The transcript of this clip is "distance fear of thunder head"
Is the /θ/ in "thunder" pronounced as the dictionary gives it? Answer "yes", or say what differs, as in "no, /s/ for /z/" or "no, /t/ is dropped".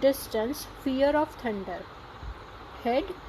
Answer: no, /t/ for /θ/